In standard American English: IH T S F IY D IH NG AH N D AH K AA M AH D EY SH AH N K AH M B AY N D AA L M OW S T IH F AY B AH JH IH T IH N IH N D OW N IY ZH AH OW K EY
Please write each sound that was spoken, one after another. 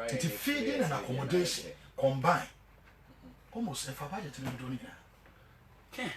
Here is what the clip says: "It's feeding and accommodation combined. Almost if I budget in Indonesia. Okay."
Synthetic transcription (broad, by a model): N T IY F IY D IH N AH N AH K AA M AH D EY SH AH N K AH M B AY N AA M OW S IH F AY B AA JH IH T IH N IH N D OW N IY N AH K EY